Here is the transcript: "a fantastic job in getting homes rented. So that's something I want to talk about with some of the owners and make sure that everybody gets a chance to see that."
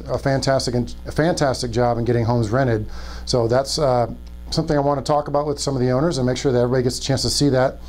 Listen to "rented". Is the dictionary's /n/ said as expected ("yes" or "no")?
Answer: no